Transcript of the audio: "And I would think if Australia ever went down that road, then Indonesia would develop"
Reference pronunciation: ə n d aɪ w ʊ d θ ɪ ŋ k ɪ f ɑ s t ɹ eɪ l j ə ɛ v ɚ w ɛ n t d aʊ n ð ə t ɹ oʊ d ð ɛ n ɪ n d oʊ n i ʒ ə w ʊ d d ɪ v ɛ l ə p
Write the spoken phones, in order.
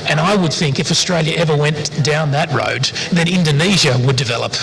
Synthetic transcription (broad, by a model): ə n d aɪ w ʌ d θ ɪ ŋ k ɪ f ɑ s t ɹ eɪ l j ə ɛ v ɚ w ɛ n d aʊ n ð ə t ɹ oʊ d ð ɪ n ɪ n d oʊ n i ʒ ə w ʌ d d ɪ v ɛ l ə p